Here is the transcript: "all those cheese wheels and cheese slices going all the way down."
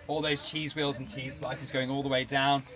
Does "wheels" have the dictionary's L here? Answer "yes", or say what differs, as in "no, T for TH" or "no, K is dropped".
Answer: yes